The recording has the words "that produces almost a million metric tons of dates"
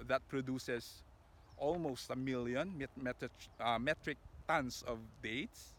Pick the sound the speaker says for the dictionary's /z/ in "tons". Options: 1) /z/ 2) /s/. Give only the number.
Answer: 2